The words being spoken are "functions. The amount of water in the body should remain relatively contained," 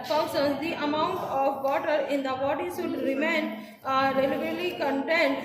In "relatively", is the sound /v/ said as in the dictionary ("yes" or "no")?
no